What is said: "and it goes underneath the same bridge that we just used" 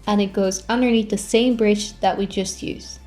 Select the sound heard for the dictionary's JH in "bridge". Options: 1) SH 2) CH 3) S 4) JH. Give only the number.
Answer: 2